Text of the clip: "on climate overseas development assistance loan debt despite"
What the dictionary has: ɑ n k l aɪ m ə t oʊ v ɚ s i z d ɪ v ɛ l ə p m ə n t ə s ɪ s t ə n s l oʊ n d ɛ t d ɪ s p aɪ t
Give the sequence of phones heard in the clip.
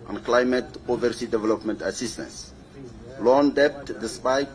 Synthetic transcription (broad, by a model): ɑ n k l aɪ m ə t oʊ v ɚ s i d ɪ v ɛ l ə p m ə n t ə s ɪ s t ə n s l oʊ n d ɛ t d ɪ s p aɪ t